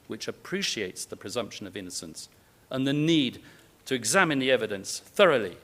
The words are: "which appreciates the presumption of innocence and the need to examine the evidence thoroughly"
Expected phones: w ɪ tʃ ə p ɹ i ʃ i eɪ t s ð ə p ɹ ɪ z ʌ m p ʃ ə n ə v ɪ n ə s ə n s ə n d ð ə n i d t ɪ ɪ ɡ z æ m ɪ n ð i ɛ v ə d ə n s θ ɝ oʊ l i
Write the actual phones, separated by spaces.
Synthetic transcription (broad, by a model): w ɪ tʃ ə p ɹ i ʃ i eɪ t s ð ə p ɹ ɪ z ʌ m p ʃ ə n ə v ɪ n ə s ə n s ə n ð ə n i d t ɪ ɪ ɡ z æ m ɪ n ð i ɛ v ə d ə n s θ ɝ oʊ l i